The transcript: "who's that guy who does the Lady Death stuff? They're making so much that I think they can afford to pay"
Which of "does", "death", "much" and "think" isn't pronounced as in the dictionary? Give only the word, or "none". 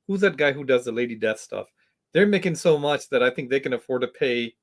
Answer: none